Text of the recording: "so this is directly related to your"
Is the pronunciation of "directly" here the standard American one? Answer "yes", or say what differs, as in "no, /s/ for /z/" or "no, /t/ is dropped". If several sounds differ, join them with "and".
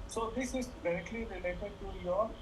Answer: yes